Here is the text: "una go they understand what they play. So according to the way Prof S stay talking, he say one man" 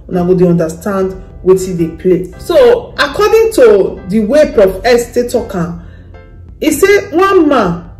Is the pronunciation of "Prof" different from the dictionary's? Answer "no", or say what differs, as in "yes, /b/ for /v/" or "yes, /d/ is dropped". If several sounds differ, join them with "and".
yes, /ɹ/ is dropped